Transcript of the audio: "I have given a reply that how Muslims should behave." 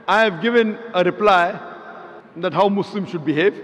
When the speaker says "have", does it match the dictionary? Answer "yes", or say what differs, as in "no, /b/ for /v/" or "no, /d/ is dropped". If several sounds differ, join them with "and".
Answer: yes